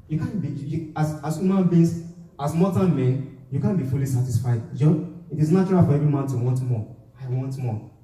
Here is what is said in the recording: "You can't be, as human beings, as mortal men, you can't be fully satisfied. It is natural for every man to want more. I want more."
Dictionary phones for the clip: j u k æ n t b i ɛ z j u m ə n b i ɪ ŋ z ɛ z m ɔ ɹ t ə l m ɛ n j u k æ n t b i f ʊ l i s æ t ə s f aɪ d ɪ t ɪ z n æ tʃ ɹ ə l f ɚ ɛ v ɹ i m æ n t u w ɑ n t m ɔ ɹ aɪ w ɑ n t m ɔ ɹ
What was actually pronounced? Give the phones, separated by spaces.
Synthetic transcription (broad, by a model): j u k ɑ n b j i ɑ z j u m ə n b i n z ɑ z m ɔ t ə n m ɛ n j u k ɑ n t b i f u l i s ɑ t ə s f aɪ d ɪ t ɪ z n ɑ tʃ ɹ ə l f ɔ ɛ v ɹ i m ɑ n t u w ɑ n t m ɔ aɪ w ɑ n t m ɔ